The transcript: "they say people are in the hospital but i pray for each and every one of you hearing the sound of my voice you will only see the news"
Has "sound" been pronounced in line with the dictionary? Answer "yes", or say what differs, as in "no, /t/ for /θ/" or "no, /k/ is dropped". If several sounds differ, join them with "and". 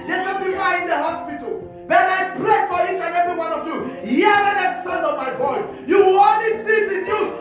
no, /d/ is dropped